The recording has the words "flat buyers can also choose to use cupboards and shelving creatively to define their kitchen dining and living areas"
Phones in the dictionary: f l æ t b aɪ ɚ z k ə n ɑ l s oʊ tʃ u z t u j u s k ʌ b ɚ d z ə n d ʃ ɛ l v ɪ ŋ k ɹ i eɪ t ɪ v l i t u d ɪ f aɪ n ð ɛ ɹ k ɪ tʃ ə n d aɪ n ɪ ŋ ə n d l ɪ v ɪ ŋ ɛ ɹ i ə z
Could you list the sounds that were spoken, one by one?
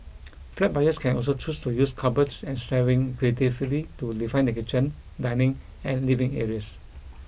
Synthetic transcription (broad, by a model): f l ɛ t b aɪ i s k ə n ɑ l s oʊ tʃ u s t u j u s k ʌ b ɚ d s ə n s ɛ v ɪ ŋ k ɹ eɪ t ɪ f l i t u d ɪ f aɪ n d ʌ k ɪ tʃ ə n d aɪ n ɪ ŋ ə n l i v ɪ ŋ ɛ ɹ i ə s